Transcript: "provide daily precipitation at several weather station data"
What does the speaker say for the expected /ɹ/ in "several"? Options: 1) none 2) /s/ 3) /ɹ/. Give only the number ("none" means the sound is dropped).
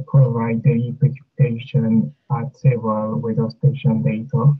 1